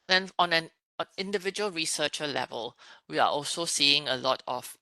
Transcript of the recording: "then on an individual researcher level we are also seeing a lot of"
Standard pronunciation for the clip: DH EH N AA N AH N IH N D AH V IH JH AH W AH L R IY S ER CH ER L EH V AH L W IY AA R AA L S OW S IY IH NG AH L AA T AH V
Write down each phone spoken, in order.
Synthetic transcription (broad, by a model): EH N AA N AH N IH N D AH V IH JH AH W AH L R IY S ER CH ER L EH V AH L W IY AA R AA L S OW S IY IH NG AH L AA T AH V